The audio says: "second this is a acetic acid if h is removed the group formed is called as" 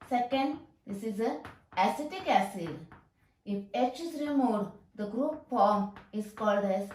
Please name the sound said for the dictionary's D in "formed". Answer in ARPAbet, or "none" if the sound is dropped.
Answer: none